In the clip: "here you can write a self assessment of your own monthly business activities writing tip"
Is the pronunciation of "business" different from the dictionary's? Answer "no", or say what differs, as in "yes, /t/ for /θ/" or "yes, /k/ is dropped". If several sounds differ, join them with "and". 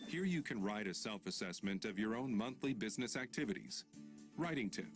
no